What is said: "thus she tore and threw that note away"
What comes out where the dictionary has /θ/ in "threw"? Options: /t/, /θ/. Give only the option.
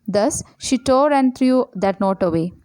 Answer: /t/